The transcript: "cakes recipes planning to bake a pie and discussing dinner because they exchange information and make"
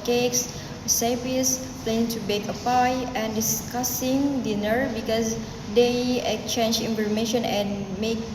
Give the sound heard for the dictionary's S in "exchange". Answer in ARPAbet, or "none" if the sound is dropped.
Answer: none